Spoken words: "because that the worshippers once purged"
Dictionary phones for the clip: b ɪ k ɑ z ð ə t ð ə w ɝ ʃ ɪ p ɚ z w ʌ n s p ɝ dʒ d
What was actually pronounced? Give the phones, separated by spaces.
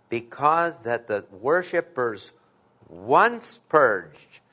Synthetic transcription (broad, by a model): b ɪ k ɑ z ð ə t ð ə w ɝ ʃ ɪ p ɚ z w ʌ n s p ɝ dʒ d